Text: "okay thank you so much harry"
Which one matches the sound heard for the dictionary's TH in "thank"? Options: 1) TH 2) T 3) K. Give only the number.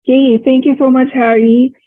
2